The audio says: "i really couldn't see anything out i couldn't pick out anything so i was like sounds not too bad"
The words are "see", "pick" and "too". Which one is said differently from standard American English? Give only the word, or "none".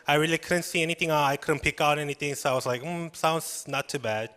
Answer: none